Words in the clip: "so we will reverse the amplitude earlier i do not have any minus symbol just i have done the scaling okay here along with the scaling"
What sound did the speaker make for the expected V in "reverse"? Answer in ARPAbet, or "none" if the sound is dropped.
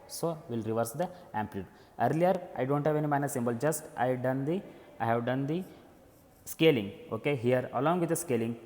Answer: V